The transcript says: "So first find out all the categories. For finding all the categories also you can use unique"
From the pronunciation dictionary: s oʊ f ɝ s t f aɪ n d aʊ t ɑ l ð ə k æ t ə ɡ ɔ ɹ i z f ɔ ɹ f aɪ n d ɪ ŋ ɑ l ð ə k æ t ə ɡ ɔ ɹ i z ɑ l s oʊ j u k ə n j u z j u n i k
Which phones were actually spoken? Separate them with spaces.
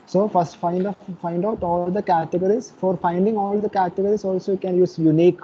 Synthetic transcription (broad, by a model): s oʊ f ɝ s t f aɪ n d aʊ t ɑ l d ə k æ t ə ɡ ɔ ɹ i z f ɔ ɹ f aɪ n d ɪ ŋ ɑ l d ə k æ t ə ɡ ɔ ɹ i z ɑ l s oʊ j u k ə n j u z j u n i k